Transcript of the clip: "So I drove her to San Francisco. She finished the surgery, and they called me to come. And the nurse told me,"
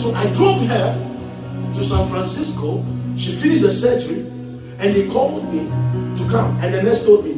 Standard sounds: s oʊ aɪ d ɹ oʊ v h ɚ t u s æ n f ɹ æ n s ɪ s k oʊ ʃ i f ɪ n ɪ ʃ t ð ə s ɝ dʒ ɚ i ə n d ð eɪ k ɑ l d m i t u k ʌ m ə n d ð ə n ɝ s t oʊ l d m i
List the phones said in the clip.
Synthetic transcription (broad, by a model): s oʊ aɪ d ɹ oʊ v h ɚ t u s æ n f ɹ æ n s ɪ s k oʊ ʃ i f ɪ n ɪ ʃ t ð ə s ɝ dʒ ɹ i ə n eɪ k ɑ l d m i t u k ʌ m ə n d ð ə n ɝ s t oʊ d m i